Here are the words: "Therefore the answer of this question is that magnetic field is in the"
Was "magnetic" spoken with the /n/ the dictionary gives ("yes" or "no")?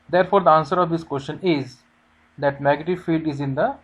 no